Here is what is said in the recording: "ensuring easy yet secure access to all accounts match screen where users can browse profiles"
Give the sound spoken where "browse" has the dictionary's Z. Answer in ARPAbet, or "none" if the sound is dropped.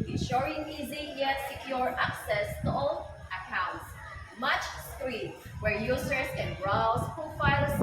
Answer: S